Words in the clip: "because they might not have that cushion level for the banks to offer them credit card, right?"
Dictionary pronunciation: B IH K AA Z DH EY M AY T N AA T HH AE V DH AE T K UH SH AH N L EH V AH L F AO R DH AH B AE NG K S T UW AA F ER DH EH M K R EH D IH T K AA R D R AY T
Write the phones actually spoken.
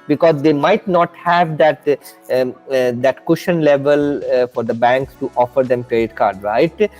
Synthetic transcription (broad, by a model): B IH K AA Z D EY M AY T N AA T HH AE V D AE T K UH SH AH N L EH V AH L F AO R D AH B AE NG K S T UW AA F ER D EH M K R EH D IH T K AA R D R AY T